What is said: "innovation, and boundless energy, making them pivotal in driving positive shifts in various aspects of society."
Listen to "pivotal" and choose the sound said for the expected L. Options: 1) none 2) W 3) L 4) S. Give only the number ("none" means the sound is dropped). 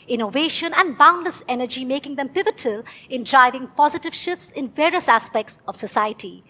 3